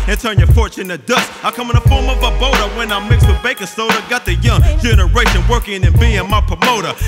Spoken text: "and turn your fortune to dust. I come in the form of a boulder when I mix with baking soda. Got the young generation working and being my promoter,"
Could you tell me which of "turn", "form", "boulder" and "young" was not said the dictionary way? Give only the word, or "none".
boulder